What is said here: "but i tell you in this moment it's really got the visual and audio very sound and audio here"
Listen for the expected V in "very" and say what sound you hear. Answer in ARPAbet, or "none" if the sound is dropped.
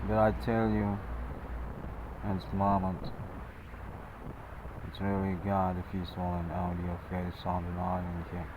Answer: F